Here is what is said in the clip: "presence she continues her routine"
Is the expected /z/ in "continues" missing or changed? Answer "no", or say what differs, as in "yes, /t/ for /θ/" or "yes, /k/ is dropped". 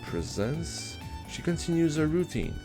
no